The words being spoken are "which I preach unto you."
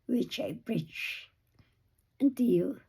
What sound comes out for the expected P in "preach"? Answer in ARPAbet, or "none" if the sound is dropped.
B